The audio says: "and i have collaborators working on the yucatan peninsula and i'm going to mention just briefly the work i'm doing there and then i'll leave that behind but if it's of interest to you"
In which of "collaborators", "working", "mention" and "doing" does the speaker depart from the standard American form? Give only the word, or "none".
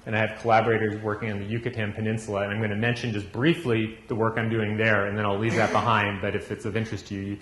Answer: none